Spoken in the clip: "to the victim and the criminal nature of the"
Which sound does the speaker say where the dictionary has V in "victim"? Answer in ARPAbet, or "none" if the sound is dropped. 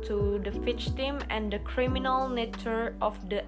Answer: F